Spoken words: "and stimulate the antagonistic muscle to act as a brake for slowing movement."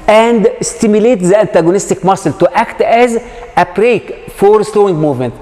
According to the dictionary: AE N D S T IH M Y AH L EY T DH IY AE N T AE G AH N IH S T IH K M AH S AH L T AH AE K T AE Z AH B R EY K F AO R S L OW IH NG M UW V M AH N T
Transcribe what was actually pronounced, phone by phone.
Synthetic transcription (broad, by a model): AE N D S T IH M Y AH L EY T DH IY AE N T AE G AH N IH S T IH K M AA S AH L T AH AE K T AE Z AH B R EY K F AO R S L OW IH NG M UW V M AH N T